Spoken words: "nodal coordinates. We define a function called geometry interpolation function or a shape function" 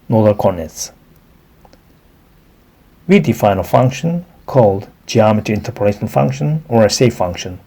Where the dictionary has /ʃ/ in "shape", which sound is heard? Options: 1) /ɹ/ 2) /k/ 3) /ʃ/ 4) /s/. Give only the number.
4